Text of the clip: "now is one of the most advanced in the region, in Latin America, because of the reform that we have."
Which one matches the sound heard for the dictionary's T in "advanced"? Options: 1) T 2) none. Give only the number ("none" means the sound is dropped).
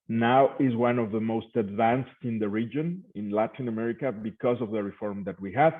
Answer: 1